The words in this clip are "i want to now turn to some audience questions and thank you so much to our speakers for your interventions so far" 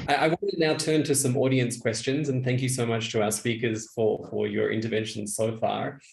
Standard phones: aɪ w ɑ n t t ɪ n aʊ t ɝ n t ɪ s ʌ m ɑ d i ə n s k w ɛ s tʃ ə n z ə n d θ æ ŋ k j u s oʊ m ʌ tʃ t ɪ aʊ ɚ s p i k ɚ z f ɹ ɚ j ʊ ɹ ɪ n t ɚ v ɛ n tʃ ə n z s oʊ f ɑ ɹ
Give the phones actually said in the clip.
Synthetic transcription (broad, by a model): aɪ w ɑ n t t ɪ n aʊ t ɝ n t ɪ s ʌ m ɑ d i ə n s k w ɛ s tʃ ə n z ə n θ æ ŋ k j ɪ s oʊ m ʌ tʃ t ɪ aʊ ɚ s p i k ɚ z f ɹ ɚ j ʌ ɹ ɪ n t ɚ v ɛ n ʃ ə n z s oʊ f ɑ ɹ